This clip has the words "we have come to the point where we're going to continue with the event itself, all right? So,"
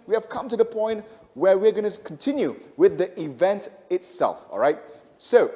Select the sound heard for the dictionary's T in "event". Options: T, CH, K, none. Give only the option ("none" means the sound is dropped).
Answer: T